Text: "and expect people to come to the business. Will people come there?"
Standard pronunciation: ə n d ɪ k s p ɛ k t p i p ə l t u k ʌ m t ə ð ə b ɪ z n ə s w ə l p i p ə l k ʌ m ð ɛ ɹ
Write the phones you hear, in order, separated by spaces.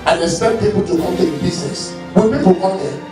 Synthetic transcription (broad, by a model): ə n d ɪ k s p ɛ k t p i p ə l t u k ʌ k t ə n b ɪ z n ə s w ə n p i p ə l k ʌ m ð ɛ